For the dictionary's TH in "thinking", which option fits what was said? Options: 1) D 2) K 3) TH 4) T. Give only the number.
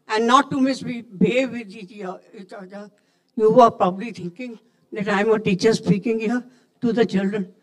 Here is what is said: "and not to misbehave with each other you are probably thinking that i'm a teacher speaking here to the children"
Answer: 4